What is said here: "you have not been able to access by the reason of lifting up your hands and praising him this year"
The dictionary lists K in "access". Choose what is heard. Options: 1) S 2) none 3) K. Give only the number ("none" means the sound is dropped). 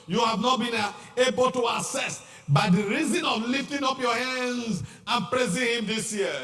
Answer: 2